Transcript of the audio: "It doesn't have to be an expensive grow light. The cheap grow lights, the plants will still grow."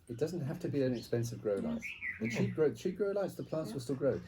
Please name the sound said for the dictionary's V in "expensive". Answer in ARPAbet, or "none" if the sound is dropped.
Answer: V